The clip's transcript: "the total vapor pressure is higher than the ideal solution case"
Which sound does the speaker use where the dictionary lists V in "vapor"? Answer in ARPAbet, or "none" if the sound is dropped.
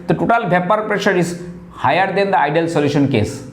B